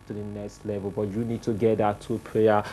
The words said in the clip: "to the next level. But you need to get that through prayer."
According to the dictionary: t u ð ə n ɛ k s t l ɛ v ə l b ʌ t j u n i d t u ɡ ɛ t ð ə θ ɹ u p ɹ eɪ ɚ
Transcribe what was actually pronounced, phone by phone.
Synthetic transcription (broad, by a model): t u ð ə n ɛ k s t l ɛ v ə l b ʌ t j u n i d t u ɡ ɛ t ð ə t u p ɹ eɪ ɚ